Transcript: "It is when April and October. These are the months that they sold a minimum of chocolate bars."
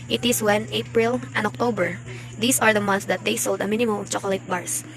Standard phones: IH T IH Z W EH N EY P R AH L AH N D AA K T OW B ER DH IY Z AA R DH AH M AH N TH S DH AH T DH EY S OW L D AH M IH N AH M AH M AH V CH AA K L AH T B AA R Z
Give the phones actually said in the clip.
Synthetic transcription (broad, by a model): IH T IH S W EH N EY P R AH L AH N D AA K T OW B ER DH IY S AA R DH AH M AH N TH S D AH T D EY S OW L D AH M IH N AH M AH M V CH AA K L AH T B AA R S